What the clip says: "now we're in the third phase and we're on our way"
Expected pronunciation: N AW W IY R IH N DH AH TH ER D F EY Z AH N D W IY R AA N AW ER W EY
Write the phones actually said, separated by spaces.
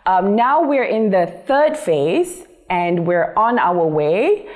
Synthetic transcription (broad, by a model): N AW W IY R IH N DH AH TH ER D F EY Z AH N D W IY R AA N AW ER W EY